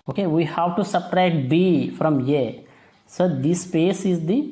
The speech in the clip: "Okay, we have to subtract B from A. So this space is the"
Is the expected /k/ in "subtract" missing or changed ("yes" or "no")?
yes